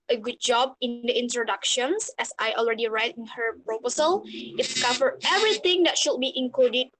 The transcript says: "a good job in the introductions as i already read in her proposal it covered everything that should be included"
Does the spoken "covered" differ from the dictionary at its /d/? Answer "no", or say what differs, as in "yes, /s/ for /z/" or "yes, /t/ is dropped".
yes, /d/ is dropped